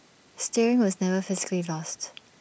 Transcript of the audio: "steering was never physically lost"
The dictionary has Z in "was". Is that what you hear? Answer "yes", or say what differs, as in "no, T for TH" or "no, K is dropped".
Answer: yes